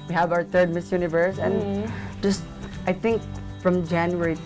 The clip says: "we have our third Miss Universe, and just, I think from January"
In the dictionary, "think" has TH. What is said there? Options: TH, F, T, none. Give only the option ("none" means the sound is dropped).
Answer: T